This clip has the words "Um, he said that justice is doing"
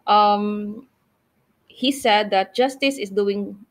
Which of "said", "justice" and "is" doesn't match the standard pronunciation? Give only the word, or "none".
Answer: is